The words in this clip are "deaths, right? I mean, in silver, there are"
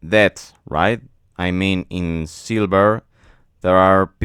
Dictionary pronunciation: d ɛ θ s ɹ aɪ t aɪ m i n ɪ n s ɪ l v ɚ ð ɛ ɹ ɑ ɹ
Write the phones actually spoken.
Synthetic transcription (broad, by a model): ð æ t s ɹ aɪ t aɪ m i n ɪ n s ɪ l b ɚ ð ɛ ɹ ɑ ɹ